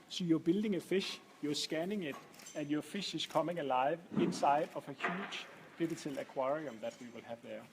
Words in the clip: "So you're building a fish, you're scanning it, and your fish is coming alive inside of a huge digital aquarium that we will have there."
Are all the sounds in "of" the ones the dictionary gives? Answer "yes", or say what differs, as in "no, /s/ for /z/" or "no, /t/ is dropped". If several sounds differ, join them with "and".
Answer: no, /f/ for /v/